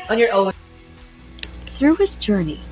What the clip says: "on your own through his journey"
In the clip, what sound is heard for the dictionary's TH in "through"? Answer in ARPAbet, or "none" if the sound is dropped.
TH